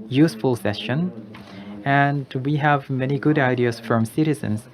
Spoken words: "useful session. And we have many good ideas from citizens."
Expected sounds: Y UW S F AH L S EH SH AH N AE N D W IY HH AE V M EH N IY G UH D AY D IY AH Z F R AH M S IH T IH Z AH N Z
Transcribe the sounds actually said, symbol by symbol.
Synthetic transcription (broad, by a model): Y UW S F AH L S EH SH AH N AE N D W IY HH AE V M EH N IY G UH D AY D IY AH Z F R AH M S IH T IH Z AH N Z